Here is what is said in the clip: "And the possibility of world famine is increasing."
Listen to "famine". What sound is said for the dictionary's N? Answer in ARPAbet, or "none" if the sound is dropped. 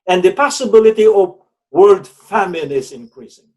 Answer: N